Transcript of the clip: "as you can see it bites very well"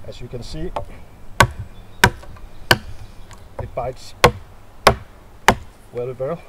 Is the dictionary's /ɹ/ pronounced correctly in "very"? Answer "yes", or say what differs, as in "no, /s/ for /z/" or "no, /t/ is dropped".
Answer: no, /l/ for /ɹ/